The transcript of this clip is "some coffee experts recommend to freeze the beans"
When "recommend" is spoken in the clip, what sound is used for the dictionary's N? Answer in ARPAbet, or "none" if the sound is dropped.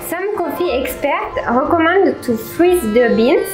none